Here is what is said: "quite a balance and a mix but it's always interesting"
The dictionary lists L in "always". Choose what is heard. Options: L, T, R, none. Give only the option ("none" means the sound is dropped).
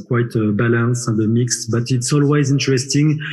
L